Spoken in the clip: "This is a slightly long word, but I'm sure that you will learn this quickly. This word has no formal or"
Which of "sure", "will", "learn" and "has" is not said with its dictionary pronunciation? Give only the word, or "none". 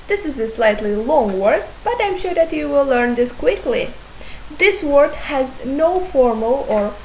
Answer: none